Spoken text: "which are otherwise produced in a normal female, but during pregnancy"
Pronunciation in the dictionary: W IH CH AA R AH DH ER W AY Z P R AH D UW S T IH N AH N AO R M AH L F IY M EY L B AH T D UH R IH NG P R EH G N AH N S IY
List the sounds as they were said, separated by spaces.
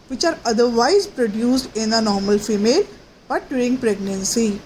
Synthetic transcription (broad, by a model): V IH CH AA R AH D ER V AY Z P R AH D UW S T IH N AH N AO R M AH L F IY M EY L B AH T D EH IH NG P R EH G N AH N S IY